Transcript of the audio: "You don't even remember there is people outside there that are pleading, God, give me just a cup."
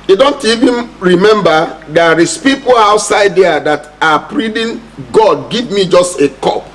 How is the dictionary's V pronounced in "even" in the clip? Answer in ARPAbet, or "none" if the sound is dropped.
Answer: V